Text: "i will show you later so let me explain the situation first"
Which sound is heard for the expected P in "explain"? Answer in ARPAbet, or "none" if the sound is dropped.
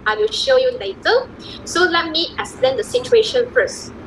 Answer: none